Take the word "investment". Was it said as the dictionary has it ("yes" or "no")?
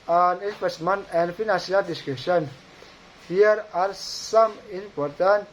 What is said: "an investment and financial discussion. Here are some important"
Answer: no